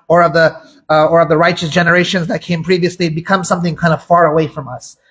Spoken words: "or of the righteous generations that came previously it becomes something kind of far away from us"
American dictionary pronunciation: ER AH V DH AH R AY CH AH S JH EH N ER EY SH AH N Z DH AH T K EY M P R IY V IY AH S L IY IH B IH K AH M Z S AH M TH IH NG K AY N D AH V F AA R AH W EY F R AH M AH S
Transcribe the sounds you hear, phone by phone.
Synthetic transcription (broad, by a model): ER AH V DH AH R AY CH AH S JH EH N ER EY SH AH N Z DH AH T K EY M P R IY V IY AH S L IY B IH K AH M S AH M TH IH NG K AY N D AH V F AA R AH W EY F R AH M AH S